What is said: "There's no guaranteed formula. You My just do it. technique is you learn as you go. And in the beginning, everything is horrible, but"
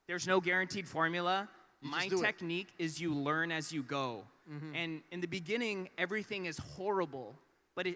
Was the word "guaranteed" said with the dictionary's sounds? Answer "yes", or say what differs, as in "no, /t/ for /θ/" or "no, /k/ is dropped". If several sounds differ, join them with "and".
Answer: yes